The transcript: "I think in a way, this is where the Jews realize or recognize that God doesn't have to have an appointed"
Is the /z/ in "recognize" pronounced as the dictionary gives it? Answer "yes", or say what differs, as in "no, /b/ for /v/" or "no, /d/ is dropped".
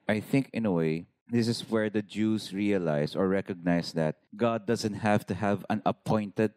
no, /s/ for /z/